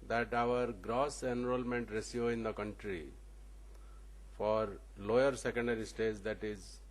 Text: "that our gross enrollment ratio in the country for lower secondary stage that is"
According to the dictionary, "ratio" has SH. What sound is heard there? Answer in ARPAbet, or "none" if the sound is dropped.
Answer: S